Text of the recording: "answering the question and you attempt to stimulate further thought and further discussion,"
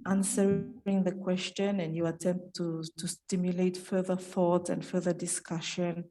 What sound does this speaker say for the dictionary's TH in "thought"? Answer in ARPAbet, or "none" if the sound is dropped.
TH